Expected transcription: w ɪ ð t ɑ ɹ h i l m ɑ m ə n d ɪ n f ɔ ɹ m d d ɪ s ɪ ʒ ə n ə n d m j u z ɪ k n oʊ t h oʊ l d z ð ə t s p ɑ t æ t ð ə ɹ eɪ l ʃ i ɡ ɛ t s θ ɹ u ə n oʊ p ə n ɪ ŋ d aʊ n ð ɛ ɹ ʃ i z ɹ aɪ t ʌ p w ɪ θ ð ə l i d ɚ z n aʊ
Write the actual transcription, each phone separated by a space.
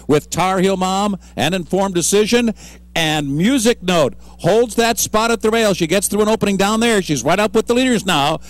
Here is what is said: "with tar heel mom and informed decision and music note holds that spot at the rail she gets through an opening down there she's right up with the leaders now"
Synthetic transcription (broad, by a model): w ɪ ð t ɑ ɹ h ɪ l m ɑ m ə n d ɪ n f ɔ ɹ m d d ɪ s ɪ ʒ ə n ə n m j u z ɪ k n oʊ t h oʊ l d z ð ə t s p ɑ t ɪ t ð ə ɹ eɪ l ʃ i ɡ ɛ t s θ ɹ u ə n oʊ p ə n ɪ ŋ d aʊ n ð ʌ ɹ ʃ i z ɹ aɪ t ʌ p w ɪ ð ə l i d ɚ z n aʊ